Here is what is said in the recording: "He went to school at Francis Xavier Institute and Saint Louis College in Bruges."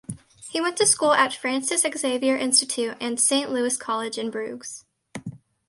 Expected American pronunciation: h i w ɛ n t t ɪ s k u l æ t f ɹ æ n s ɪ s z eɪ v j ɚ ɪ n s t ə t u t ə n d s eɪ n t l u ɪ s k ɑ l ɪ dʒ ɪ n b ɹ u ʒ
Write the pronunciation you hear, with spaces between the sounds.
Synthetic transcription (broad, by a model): h i w ɛ n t t ɪ s k u l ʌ t f ɹ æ n s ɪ s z eɪ v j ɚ ɪ n s t ə t u t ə n s eɪ n t l u ɪ s k ɑ l ɪ dʒ ɪ n b ɹ u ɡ